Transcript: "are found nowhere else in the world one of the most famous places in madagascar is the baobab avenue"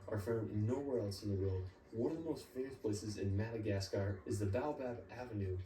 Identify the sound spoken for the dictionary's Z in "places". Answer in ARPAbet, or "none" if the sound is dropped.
Z